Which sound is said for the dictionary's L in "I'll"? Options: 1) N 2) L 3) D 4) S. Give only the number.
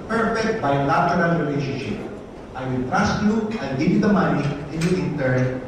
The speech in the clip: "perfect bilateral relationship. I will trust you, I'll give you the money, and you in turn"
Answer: 1